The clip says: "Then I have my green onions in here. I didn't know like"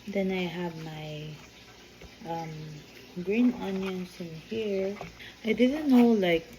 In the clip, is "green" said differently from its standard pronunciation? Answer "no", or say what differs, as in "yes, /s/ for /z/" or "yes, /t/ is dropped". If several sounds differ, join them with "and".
no